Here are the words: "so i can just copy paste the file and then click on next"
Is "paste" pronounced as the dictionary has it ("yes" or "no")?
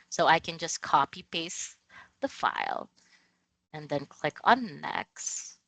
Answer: no